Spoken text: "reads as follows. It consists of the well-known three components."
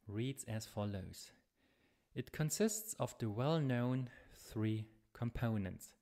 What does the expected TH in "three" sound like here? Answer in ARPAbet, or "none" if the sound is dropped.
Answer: TH